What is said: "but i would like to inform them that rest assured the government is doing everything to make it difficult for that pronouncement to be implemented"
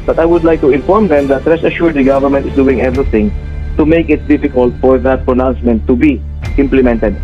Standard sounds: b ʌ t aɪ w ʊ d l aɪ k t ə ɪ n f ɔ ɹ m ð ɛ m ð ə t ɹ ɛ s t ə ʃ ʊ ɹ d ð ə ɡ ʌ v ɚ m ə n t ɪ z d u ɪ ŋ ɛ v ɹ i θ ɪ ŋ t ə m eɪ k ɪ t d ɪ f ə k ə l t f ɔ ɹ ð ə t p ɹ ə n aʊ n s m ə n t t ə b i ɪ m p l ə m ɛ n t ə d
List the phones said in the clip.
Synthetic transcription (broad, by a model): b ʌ t aɪ w ʊ d l aɪ k t ə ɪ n f ɔ ɹ m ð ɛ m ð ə t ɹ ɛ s ə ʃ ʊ ɹ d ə ɡ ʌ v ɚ m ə n t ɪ s d u ɪ ŋ ɛ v ɹ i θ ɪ ŋ t ə m eɪ k ɪ t d ɪ f ə k ə l t f ɔ ɹ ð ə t p ɹ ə n aʊ n s m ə n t t ə b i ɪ m p l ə m ɛ n t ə d